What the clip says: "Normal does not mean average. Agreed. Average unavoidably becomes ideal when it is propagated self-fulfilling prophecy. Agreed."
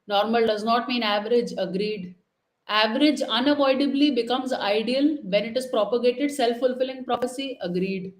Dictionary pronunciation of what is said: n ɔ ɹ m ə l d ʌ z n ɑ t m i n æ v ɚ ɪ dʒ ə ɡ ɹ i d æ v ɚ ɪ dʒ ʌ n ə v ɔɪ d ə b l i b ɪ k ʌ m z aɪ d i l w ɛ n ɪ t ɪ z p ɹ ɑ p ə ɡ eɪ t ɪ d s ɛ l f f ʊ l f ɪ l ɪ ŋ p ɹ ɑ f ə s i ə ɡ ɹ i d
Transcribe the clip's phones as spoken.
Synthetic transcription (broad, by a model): n ɔ ɹ m ə l d ʌ z n ɑ t m i n æ v ɚ ɪ dʒ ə ɡ ɹ i d æ v ɚ ɪ dʒ ʌ n ə v ɔɪ d ə b l i b ɪ k ʌ m z aɪ d i l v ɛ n ɪ t ɪ z p ɹ ɑ p ə ɡ eɪ t ɪ d s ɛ l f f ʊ l f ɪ l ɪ ŋ p ɹ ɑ p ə s i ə ɡ ɹ i d